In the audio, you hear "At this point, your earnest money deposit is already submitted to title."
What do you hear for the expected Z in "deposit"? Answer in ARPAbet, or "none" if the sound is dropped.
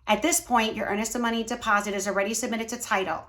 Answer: Z